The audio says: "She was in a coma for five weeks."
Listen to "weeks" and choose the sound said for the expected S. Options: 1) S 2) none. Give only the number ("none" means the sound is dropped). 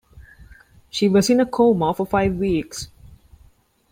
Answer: 1